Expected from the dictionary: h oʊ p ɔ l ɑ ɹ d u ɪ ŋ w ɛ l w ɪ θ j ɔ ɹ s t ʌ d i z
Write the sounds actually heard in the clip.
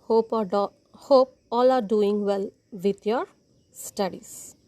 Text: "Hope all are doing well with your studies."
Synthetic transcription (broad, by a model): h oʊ p ɔ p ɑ l d u ɪ ŋ w ɛ l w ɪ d j ɔ ɹ s t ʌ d i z